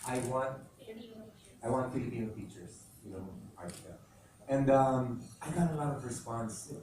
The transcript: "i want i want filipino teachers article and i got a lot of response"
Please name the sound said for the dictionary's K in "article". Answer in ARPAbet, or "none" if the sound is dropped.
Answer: none